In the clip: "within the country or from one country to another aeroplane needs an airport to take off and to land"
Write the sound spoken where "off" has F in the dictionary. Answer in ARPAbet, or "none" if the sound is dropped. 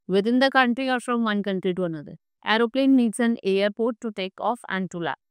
F